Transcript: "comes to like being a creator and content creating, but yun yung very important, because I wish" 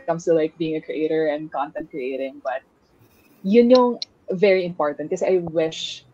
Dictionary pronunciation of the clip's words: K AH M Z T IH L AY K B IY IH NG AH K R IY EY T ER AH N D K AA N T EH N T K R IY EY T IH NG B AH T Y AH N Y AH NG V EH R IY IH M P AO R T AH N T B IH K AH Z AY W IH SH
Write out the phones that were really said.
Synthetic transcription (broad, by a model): K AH M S T IH L AY K B IY IH NG AH K R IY EY T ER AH N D K AA N T EH N T K R IY EY T IH NG B AH T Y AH N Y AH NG V EH R IY IH M P AO R T AH N T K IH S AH AY W IH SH